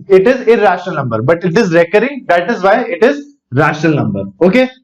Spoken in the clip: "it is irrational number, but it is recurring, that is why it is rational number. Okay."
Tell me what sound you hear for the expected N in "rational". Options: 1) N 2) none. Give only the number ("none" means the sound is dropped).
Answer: 1